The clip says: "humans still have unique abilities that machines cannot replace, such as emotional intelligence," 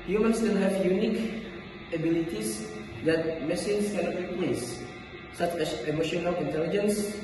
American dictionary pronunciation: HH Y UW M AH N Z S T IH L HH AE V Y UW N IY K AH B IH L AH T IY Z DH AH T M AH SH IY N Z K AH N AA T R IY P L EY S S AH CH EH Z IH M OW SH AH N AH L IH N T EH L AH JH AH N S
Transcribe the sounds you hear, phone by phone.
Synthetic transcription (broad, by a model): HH Y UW M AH N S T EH N HH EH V Y UW N IY K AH B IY L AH T IY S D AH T M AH S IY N S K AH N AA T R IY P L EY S S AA CH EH S IH M OW SH AH N AH L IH N T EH L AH JH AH N S